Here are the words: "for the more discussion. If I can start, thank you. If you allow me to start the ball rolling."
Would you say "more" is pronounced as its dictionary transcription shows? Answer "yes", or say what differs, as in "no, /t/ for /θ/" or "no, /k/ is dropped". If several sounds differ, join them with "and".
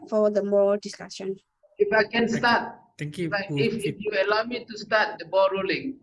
no, /l/ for /ɹ/